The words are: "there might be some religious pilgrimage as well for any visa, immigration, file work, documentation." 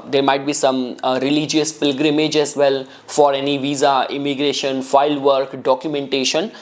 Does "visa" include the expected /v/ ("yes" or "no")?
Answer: yes